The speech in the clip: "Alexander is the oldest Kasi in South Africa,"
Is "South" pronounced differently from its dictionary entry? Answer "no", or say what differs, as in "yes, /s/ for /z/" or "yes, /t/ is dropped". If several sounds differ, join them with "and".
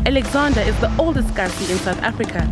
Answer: no